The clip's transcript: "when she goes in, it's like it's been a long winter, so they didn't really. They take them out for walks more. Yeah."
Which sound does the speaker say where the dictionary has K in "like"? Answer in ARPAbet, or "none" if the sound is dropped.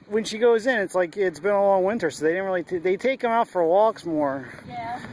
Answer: K